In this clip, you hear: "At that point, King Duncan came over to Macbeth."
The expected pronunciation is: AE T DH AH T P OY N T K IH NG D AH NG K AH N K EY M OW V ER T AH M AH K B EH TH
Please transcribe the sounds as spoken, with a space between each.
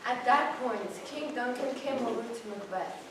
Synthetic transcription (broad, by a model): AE T DH AH T P OY N T K IH NG D AH NG K AH N K EY M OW ER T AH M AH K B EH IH